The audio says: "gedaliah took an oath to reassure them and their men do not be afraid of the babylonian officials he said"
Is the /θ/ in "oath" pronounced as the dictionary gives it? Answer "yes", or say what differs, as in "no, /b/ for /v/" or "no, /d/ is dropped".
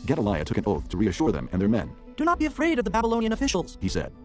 yes